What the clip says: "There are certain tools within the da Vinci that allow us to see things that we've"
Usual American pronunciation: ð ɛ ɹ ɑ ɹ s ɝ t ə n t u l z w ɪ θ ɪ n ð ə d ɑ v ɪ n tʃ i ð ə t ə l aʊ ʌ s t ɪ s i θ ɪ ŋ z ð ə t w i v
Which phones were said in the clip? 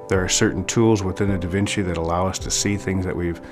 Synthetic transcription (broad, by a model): ð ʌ ɹ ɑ ɹ s ɝ t n t u l z w ɪ θ ɪ n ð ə d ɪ v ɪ n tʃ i ð ə t ə l aʊ ʌ s t ɪ s i θ ɪ ŋ z ð ə t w i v